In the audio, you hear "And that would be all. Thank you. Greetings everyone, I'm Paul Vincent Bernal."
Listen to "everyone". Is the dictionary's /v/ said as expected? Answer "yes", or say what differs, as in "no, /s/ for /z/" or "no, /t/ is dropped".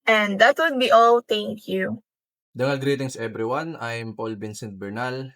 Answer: no, /b/ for /v/